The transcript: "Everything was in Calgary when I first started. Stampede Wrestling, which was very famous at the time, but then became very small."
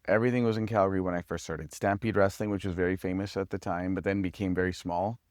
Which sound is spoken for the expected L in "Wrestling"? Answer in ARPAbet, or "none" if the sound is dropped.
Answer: L